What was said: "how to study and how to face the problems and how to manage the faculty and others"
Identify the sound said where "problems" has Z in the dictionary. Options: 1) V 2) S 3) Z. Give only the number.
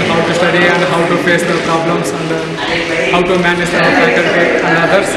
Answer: 2